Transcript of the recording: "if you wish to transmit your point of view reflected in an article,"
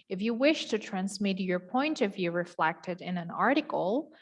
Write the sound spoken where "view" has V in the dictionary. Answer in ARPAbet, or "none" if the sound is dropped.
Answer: V